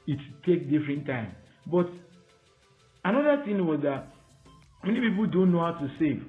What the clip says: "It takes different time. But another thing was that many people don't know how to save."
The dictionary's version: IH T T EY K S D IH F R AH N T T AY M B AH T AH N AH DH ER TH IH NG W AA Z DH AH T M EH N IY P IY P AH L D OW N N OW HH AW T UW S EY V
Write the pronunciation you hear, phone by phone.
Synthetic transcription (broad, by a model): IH T T EY K D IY F R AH N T T AY M B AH T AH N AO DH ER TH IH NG W AA Z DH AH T M EH N IY P IY P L D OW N N OW HH AW T UW S EY V